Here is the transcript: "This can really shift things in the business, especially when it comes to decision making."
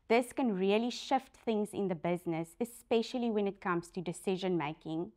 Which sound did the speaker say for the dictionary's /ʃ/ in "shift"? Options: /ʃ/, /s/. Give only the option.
/ʃ/